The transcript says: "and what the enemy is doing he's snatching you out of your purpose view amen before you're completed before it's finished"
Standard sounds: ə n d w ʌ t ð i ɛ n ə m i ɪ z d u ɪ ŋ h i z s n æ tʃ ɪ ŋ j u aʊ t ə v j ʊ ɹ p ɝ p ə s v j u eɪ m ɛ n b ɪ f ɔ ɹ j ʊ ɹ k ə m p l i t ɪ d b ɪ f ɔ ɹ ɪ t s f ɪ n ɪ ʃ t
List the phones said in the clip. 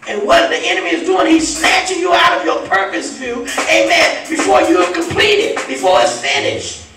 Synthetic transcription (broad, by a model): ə n w ʌ t ð i ɛ n ə m i ɪ z d u ɪ ŋ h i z s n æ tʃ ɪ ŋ j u aʊ t ə v j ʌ ɹ p ɝ p ə s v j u eɪ m ɛ n b ɪ f ɔ ɹ j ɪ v k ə m p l i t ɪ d b ɪ f ɔ ɹ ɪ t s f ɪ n ɪ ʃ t